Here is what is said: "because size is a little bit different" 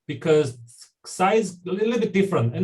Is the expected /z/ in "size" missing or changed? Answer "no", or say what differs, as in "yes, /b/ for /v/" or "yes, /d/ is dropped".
yes, /z/ is dropped